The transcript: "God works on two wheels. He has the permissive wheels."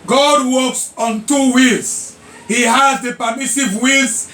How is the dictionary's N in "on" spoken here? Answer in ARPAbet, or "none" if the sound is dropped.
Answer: N